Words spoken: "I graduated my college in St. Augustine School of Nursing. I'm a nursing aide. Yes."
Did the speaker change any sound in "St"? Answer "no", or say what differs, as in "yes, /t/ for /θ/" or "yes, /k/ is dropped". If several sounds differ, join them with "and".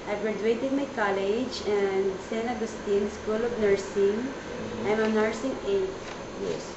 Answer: yes, /t/ is dropped